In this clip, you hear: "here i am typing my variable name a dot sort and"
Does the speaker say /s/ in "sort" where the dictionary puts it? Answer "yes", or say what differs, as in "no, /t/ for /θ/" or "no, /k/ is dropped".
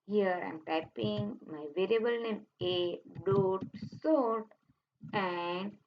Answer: yes